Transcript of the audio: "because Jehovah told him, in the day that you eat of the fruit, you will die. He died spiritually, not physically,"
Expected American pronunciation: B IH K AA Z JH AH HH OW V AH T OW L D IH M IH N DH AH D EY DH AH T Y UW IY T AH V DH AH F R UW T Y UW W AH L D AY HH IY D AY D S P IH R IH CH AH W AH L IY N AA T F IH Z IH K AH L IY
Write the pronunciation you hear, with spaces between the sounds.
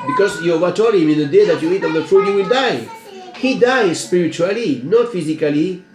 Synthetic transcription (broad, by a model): B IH K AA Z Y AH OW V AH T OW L IH M IH N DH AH D EY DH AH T Y UW IY T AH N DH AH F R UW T Y UW W AH L D AY HH IY D AY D S P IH R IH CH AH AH L IY N AA T F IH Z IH K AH L IY